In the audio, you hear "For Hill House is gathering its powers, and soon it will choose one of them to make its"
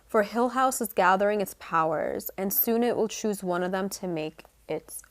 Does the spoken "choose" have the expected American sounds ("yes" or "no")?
yes